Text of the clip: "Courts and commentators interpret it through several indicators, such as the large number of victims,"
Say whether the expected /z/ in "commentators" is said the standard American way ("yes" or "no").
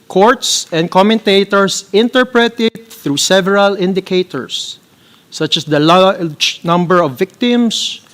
no